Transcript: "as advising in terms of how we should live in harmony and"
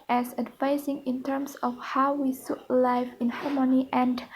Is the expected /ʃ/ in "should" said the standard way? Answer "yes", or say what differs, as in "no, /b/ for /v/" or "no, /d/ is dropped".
no, /s/ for /ʃ/